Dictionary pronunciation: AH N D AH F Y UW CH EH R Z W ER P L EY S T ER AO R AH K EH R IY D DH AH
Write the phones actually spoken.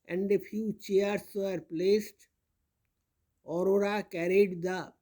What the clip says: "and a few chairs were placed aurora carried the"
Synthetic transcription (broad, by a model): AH N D AH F Y UW CH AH R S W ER P L EY S T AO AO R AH K EH R IY D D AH